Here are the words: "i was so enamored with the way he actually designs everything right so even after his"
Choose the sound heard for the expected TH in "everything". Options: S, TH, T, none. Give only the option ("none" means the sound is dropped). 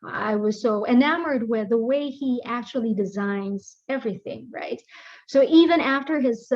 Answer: TH